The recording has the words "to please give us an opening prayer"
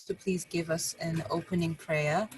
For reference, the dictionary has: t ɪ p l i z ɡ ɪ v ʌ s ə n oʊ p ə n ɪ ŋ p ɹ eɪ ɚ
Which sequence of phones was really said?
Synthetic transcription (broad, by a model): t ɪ p l i z ɡ ɪ v ʌ s ə n oʊ p ə n ɪ ŋ p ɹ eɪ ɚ